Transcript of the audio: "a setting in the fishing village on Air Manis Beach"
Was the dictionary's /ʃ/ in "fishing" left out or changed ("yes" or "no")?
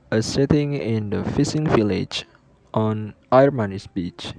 yes